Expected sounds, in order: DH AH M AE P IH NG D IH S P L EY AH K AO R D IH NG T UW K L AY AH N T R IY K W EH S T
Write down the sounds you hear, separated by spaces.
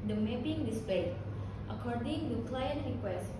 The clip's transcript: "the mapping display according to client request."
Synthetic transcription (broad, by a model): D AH M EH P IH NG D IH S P EY AH K AO R D IH NG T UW K L AY AH N T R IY K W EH S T